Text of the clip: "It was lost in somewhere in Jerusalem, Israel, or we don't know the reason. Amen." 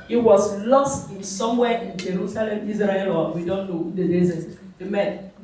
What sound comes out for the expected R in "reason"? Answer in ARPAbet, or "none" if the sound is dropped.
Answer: L